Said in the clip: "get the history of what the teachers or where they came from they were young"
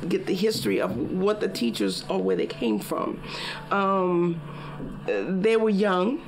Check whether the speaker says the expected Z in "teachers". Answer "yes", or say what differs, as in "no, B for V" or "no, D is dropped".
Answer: yes